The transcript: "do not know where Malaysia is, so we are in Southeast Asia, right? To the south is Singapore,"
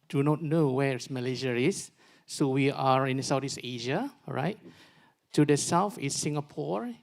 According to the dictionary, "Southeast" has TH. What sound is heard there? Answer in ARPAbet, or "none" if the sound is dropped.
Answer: T